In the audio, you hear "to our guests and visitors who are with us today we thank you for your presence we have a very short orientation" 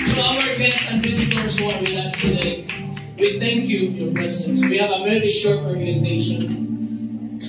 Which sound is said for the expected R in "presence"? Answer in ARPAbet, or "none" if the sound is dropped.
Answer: none